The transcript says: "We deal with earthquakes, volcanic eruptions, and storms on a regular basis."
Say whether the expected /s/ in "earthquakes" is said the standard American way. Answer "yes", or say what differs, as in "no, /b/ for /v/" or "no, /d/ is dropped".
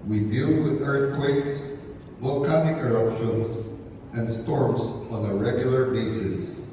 yes